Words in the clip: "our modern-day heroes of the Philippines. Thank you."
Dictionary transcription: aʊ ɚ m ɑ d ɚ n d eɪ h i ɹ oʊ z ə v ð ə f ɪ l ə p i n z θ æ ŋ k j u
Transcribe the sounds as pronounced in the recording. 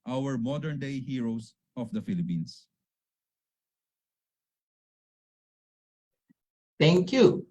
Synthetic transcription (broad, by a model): aʊ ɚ m ɑ d ɚ n d eɪ h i ɹ oʊ s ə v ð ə f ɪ l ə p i n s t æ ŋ k j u